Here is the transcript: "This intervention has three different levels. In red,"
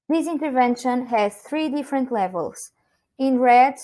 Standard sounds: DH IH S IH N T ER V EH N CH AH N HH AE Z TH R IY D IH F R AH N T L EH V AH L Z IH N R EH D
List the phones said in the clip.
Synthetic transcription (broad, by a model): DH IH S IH N T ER V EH N SH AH N HH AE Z TH R IY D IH F R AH N T L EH V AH L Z IH N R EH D